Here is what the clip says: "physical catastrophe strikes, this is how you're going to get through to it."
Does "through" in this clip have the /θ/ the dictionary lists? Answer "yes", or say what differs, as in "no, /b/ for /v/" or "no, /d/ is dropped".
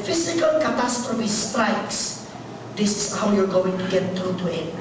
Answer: no, /t/ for /θ/